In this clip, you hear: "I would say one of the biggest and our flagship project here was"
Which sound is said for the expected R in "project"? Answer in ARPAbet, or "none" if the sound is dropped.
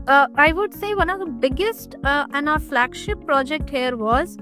R